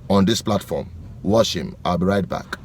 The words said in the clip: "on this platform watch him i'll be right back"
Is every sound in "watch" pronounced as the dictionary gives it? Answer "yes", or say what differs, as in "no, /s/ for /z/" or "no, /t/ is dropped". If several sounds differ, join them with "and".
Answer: no, /ʃ/ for /tʃ/